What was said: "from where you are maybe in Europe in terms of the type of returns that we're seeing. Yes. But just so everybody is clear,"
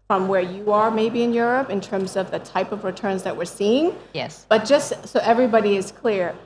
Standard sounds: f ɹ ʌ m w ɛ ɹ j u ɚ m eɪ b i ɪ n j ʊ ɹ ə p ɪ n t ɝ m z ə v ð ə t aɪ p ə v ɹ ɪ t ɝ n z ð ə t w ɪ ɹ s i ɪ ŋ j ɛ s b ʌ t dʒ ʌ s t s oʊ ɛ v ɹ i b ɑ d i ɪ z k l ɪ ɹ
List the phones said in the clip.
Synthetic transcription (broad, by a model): f ɹ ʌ m w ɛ ɹ j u ɚ m eɪ b i ɪ n j ʊ ɹ ə p ɪ n t ɝ m z ə v ð ə t aɪ p ə v ɹ ɪ t ɝ n z ð ə t w ɪ ɹ s i ɪ ŋ j ɛ s b ʌ t dʒ ʌ s t s oʊ ɛ v ɹ i b ɑ d i ɪ z k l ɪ ɹ